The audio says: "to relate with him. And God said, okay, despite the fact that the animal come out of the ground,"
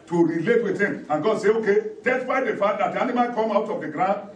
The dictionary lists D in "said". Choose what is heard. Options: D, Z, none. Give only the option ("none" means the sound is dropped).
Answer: none